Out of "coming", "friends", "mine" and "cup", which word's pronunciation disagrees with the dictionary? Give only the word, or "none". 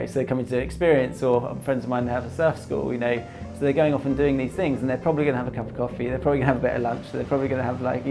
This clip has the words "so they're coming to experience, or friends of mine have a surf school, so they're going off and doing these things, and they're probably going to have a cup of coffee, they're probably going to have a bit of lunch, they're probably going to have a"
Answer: none